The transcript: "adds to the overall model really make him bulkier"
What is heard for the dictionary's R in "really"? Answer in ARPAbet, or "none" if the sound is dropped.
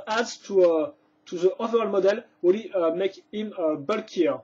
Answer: W